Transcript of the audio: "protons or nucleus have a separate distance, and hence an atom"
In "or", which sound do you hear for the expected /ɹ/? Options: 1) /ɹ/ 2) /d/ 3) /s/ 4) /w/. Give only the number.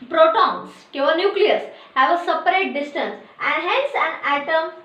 4